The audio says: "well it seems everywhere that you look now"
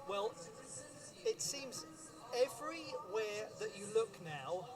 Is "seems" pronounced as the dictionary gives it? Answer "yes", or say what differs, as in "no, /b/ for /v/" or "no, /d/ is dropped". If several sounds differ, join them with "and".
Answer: yes